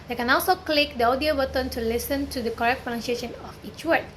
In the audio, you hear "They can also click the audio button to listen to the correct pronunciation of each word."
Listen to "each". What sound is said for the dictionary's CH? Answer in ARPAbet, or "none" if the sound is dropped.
CH